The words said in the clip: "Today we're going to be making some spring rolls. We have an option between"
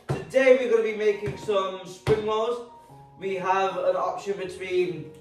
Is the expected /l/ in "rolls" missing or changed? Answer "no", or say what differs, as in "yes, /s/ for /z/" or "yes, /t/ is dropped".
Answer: yes, /l/ is dropped